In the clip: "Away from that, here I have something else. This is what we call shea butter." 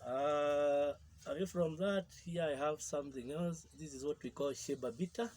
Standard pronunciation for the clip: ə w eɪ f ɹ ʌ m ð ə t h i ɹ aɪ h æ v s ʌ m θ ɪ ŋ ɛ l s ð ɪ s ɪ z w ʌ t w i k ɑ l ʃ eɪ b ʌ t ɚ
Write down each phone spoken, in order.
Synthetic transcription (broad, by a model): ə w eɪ f ɹ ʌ m ð ə t h i ɹ aɪ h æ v s ʌ m θ ɪ ŋ ɛ l s ð ɪ s ɪ z w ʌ t w i k ɑ l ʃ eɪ b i t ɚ